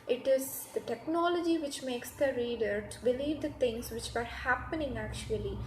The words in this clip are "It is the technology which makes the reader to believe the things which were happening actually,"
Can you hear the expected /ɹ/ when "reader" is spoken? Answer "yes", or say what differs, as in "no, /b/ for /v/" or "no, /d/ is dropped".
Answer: yes